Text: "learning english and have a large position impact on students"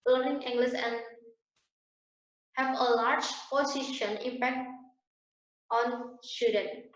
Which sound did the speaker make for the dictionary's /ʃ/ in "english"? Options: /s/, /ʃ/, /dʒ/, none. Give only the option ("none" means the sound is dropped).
/s/